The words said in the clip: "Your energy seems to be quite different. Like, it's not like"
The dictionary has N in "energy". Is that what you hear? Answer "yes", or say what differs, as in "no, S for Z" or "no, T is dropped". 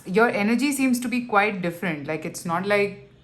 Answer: yes